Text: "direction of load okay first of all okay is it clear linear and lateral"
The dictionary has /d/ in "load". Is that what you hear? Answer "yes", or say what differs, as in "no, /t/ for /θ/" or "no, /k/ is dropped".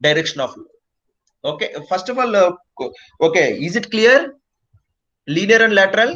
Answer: no, /d/ is dropped